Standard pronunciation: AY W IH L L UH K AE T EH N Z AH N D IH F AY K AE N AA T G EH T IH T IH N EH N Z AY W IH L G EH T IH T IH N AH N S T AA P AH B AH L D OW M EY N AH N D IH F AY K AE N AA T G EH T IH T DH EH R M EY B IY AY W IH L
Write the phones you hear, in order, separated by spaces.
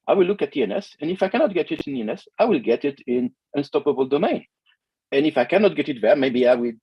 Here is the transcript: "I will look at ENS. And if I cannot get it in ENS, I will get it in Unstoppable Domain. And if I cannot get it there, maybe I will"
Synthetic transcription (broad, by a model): AY W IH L L UH K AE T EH N S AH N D IH F AY K AE N AA T G EH T IH T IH N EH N S AY W IH L G EH T IH T IH N AH N S T AA P AH B AH L D OW M EY N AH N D IH F AY K AE N AA T G EH T IH T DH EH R M EY B IY AY W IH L